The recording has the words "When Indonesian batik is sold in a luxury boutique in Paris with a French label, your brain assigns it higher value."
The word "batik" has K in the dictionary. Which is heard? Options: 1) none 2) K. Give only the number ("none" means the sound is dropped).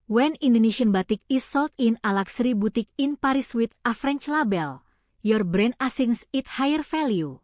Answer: 2